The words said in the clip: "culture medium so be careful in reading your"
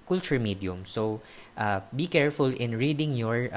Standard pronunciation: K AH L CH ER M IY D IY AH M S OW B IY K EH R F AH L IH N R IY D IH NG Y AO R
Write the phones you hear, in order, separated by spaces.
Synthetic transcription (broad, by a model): K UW L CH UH M IY D IY AH M S OW B IY K EH R F AH L IH N R IY D IH NG Y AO R